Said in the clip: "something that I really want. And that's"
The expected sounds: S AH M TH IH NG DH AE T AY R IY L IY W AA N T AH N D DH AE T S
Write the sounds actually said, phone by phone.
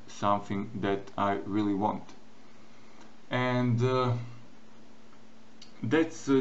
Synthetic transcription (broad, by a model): S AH M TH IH NG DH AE T AY R IY L IY W AA N T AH N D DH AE T S